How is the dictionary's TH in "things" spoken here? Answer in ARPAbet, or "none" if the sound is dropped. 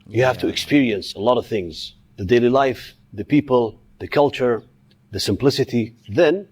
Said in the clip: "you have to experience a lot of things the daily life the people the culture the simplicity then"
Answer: TH